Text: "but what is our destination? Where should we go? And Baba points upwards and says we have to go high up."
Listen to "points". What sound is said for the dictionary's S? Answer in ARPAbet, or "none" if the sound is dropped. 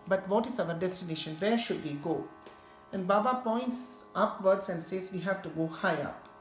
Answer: S